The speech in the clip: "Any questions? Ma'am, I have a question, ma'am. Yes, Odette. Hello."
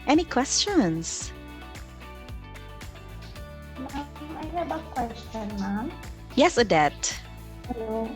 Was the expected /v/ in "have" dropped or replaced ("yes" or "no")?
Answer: yes